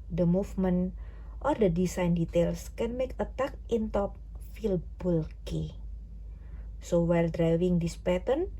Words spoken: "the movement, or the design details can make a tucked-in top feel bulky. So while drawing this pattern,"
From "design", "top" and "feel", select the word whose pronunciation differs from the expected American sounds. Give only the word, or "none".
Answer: design